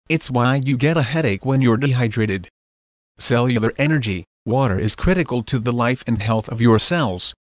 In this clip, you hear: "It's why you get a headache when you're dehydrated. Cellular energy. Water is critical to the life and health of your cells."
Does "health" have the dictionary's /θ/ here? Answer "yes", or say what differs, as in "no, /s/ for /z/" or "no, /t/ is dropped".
yes